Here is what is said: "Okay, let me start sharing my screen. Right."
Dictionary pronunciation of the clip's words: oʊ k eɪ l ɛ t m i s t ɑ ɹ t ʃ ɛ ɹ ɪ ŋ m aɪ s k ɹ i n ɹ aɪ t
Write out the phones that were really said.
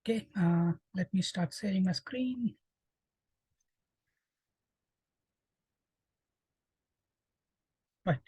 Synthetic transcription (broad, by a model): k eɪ l ɛ t m i s t ɑ ɹ t s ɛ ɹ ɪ ŋ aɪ s k ɹ i n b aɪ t